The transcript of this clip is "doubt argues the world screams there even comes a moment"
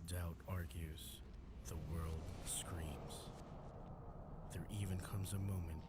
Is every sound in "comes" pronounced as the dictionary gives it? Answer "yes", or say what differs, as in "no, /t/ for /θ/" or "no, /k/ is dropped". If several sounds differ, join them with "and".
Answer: yes